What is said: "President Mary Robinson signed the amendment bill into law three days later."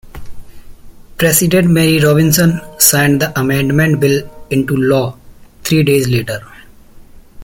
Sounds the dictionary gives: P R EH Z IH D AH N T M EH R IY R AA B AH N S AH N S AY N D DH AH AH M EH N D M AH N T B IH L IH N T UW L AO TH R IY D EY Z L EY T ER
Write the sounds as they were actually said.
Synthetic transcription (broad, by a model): P R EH S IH D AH N T M EH R IY R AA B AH N S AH N S AY N D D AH AH M EH N D M AH N T B IH L IH N T UW L AO T R IY D EY Z L EY T ER